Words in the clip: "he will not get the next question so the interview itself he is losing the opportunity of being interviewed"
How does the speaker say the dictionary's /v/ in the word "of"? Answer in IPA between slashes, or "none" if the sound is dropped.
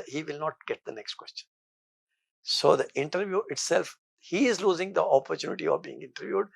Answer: /v/